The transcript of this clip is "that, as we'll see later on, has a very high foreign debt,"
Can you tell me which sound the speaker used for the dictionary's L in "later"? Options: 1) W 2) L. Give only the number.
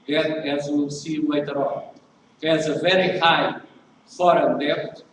1